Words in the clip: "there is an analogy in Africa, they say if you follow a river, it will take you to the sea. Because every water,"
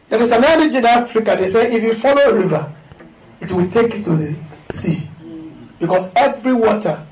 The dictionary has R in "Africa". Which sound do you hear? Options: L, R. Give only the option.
L